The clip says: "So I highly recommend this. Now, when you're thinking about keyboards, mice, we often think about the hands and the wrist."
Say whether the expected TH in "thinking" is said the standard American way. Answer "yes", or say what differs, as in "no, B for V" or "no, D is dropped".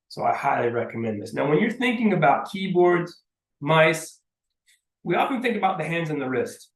yes